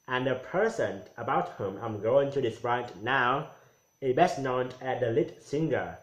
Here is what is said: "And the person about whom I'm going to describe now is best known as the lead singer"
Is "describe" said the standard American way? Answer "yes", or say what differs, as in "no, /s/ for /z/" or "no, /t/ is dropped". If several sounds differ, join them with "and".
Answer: no, /k/ is dropped